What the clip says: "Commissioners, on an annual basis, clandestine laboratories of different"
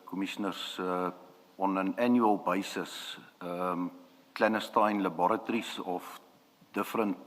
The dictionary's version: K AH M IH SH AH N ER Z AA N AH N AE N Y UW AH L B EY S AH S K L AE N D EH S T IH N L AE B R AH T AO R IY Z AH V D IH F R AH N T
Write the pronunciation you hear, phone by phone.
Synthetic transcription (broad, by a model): K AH M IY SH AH N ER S AA N AH N AE N Y UW AH L B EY S AH S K L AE N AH S T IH N L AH B R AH T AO R IY S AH F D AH F R AH N T